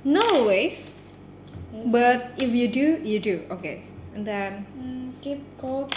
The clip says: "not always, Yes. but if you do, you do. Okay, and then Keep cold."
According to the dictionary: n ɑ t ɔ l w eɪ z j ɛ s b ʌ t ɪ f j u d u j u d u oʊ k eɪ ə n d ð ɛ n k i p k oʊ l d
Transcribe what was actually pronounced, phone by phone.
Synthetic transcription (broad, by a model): n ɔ w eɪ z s b ʌ t ɪ f j u d u j u d u oʊ k eɪ ə n d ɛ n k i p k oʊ